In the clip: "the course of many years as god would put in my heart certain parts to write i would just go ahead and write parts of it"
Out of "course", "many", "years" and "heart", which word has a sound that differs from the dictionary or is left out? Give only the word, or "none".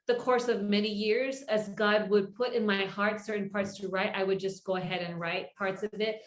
none